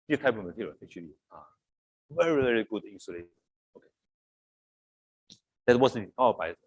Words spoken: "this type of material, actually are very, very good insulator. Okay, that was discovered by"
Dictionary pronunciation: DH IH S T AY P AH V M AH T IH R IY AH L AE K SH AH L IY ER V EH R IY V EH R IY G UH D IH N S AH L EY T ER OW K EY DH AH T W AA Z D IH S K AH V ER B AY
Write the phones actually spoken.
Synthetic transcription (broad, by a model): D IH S T AY P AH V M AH T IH R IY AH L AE K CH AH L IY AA V EH R IY V EH R IY G UH D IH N S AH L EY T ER OW K EY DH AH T W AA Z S AH ER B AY